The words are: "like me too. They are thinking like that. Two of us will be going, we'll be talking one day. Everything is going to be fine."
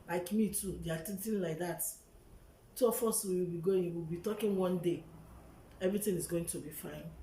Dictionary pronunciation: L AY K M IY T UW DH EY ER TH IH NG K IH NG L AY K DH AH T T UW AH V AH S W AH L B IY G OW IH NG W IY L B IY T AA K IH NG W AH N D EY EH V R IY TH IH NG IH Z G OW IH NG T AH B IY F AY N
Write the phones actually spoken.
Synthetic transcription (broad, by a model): L AY K M IY T UW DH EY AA T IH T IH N L AY K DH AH T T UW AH F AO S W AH W B IY G OW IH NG W IY L B IY T AA K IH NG W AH N D EY EH V R IY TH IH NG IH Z G OW IH NG T AH B IY F AY N